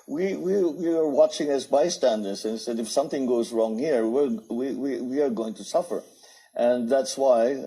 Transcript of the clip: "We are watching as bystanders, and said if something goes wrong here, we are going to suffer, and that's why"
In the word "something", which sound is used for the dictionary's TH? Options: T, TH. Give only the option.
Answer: TH